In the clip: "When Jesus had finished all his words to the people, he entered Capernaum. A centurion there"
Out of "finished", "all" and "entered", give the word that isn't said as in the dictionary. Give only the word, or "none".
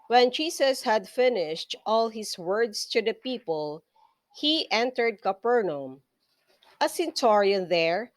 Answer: none